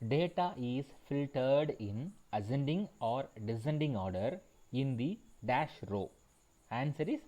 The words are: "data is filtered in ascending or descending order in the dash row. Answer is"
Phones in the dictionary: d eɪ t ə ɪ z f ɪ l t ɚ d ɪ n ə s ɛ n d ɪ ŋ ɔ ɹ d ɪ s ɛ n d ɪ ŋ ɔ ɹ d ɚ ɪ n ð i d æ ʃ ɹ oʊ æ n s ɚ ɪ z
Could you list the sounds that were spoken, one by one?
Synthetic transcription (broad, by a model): d eɪ t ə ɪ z f ɪ l t ɚ d ɪ n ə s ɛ n d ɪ ŋ ɔ ɹ d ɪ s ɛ n d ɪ ŋ ɔ ɹ d ɚ ɪ n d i d æ ʃ ɹ oʊ æ n s ɚ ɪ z